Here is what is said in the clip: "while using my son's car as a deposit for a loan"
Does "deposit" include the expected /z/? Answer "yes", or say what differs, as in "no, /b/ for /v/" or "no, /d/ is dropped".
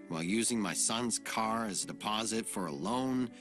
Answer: yes